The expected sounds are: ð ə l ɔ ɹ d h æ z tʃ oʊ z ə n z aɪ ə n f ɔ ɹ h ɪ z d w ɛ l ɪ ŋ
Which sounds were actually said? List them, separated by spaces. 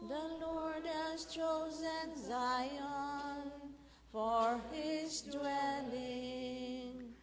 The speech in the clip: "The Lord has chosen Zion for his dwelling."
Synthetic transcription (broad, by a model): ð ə l ɔ ɹ d h æ z tʃ oʊ z ə n z aɪ ə n f ɔ ɹ h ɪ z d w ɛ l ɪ ŋ